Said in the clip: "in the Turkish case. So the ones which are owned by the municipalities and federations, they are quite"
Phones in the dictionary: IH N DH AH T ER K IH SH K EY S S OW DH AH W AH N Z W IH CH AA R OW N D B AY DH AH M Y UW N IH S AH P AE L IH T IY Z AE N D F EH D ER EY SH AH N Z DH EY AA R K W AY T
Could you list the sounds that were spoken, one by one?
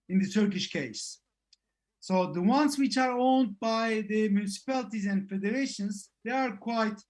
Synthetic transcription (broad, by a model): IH N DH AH T ER K IH SH K EY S S OW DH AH W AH N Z W IH CH AA R OW N D B AY DH AH M Y UW N IH S AH P AE L IH T IY Z AE N D F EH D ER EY SH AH N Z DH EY AA R K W AY T